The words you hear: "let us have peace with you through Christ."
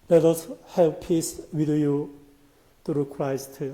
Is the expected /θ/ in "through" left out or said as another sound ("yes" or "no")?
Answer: yes